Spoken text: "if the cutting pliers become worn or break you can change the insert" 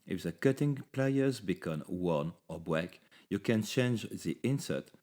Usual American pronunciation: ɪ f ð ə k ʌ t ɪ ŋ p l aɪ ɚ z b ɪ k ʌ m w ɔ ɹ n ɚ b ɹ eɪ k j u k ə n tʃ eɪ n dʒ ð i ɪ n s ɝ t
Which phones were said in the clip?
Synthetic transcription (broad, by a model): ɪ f ð ə k ʌ t ɪ ŋ p l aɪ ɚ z b ɪ k ʌ m w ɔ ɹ n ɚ b w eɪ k j u k ə n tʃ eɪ n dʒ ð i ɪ n s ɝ t